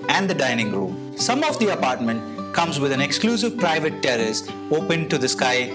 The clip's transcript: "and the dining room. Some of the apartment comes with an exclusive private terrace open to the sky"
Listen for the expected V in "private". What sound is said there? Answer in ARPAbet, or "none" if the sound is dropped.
V